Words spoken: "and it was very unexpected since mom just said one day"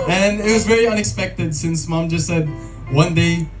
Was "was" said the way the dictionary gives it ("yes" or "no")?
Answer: yes